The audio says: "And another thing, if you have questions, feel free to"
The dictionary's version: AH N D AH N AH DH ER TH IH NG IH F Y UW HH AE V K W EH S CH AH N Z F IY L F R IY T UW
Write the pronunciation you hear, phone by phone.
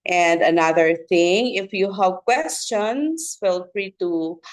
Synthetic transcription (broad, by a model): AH N D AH N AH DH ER TH IH NG IH F Y UW HH AE V K W EH S CH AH N S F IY L F R IY T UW